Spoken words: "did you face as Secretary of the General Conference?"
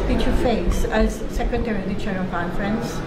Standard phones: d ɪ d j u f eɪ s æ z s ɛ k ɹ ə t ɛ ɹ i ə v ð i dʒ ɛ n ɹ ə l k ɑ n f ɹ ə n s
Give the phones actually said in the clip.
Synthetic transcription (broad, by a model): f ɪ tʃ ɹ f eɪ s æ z s ɛ k ɹ ə t ɛ ɹ i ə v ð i tʃ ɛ ɹ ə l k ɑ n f ɹ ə n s